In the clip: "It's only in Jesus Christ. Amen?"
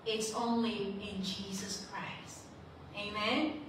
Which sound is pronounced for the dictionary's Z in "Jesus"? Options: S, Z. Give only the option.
Z